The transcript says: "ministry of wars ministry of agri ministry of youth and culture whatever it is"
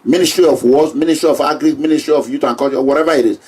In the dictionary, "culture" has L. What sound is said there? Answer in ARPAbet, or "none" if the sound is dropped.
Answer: none